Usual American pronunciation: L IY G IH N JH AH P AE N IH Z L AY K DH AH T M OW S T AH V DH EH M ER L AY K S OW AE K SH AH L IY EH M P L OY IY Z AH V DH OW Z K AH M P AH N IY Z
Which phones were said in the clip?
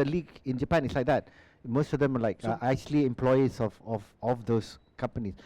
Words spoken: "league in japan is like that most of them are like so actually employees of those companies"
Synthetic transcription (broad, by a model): L IY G IH N JH AH P AE N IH S L AY K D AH T M OW S T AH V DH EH M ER L AY K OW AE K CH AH L IY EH M P L OY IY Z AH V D OW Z K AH M P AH N IY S